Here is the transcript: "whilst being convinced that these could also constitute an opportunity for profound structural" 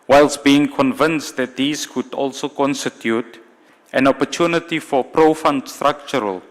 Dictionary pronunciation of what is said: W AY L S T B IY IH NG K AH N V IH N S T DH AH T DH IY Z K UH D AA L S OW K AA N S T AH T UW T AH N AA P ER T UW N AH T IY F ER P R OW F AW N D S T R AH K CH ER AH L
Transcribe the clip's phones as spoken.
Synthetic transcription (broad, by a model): W AY L S B IY IH NG K AH N V IH N S T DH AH T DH IY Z K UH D AA L S OW K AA N S T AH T UW T AH N AA P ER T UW N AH T IY F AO P R OW F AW N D S T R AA K CH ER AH L